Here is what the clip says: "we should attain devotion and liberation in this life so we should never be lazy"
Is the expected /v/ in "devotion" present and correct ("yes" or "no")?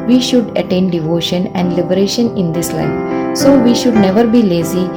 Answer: yes